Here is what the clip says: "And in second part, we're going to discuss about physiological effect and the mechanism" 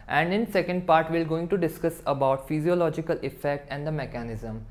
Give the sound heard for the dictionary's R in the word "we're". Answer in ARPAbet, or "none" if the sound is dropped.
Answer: L